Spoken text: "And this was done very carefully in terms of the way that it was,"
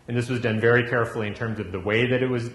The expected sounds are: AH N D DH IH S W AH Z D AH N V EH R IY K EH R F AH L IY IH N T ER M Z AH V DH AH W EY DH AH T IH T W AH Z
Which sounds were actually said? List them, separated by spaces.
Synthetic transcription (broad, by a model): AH N DH IH S W AH Z D AH N V EH R IY K EH R F L IY IH N T ER M Z AH V DH AH W EY DH AH T IH T W AH Z